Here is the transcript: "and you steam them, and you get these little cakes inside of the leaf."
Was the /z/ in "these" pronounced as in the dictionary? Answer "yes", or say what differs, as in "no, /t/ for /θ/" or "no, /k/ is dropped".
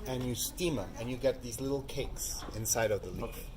yes